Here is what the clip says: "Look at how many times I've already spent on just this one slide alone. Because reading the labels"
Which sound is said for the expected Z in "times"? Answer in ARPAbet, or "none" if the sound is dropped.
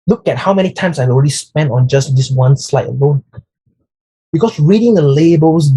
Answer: S